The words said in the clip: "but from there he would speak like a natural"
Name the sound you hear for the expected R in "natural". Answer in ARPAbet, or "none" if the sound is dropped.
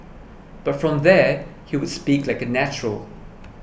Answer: R